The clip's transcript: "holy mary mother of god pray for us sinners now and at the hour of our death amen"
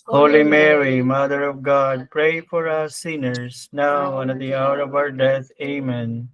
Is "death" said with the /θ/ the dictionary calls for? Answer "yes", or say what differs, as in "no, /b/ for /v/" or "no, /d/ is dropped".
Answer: no, /t/ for /θ/